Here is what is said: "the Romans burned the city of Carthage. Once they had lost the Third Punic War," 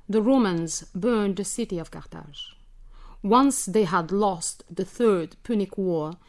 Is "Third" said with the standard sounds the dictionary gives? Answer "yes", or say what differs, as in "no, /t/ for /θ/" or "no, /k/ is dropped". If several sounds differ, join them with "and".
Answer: yes